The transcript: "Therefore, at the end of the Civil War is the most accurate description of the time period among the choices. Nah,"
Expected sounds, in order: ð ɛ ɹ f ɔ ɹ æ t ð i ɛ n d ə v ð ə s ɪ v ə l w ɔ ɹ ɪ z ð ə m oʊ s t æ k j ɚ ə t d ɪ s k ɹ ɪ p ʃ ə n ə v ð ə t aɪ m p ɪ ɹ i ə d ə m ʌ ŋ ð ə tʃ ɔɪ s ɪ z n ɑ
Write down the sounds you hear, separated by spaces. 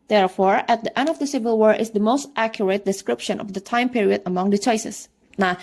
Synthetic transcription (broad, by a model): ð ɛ ɹ f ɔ ɹ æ t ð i ɛ n d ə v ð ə s ɪ v ə l w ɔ ɹ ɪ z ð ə m oʊ s t æ k j ɚ ə t d ɪ s k ɹ ɪ p ʃ ə n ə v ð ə t aɪ m p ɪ ɹ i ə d ə m ʌ ŋ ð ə tʃ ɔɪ s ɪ s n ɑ